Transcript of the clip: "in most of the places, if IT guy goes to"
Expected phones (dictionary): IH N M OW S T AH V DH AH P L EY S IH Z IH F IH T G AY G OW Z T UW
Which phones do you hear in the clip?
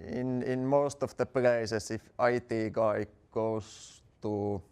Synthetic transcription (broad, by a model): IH N M OW S T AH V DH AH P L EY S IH S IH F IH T G AY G OW S T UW